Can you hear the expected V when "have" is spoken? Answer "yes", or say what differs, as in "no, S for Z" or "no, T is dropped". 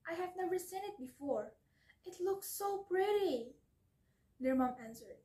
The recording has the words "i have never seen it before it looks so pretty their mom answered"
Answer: yes